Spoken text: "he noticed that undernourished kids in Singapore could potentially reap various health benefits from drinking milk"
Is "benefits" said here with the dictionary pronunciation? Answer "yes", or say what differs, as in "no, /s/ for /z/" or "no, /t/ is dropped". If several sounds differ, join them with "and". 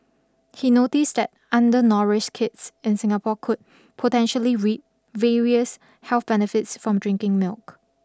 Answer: yes